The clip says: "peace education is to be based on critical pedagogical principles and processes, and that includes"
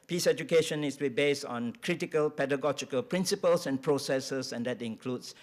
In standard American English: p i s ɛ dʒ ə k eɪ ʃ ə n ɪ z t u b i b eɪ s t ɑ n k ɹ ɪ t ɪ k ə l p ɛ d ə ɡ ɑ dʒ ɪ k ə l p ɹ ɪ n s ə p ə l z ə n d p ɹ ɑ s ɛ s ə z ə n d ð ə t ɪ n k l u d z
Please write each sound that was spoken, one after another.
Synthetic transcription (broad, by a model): p i s ɛ dʒ ə k eɪ ʃ ə n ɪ s t u b i b eɪ s t ɑ n k ɹ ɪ t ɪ k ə l p ɛ d ə ɡ ɑ dʒ ɪ k ə l p ɹ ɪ n s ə p ə l s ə n p ɹ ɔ s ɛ s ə s ə n d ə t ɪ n k l u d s